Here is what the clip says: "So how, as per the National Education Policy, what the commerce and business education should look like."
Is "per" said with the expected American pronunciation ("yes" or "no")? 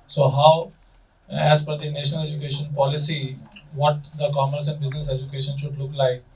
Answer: no